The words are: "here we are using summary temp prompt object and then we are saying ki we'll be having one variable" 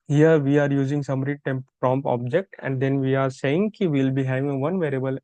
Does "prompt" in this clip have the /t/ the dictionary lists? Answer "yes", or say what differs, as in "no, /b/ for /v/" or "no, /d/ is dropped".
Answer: no, /t/ is dropped